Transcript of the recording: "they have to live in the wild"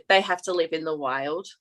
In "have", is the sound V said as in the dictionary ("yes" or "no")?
no